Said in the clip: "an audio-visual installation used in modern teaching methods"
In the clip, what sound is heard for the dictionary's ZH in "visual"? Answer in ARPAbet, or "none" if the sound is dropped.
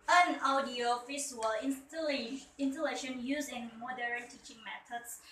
S